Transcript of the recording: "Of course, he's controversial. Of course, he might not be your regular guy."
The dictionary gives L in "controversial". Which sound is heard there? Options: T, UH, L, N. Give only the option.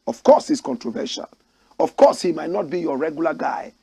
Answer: N